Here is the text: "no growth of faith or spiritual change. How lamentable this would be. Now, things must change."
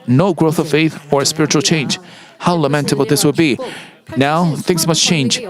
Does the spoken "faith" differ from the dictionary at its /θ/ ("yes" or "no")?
no